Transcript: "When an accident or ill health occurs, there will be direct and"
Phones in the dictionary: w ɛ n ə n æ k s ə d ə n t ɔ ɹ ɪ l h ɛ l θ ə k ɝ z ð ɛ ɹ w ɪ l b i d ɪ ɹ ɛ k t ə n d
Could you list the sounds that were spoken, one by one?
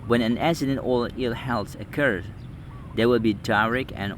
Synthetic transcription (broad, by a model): w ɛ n ə n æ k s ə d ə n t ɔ l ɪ l h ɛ l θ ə k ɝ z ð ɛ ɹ w ɪ l b i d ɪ ɹ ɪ k ə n